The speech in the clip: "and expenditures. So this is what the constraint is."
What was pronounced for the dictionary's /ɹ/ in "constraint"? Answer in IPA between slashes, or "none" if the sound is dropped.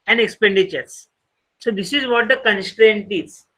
/ɹ/